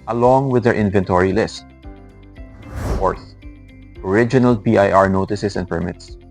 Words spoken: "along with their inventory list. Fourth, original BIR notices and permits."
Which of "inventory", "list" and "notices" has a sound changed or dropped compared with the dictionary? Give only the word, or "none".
notices